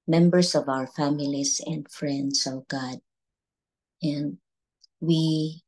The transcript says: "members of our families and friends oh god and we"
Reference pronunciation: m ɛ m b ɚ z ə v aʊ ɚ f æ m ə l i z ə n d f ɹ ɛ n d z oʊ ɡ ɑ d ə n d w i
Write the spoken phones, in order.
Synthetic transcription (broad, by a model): m ɛ m b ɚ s ə v aʊ ɚ f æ m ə l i s ə n d f ɹ ɛ n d s oʊ ɡ ɑ d ə n d w i